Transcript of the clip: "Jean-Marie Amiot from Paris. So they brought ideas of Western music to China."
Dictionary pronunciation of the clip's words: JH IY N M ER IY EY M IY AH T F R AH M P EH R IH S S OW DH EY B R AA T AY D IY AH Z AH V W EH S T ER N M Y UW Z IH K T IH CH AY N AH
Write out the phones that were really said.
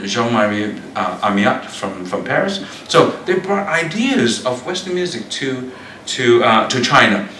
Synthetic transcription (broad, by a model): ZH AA M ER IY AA M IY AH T F R AH M P EH R IH S S OW DH EY B R AA T AY D IY AH Z AH V W EH S T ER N M Y UW Z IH K T IH CH AY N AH